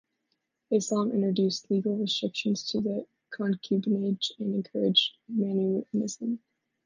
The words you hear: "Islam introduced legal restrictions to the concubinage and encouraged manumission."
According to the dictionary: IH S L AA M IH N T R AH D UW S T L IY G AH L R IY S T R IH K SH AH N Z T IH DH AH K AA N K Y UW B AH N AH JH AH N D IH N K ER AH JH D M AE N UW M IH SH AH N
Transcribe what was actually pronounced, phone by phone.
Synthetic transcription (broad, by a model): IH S AA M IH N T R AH D UW S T L IY G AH L R IY S T R IH K SH AH N Z T IH DH AH K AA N K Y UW B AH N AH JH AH N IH N K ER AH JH M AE N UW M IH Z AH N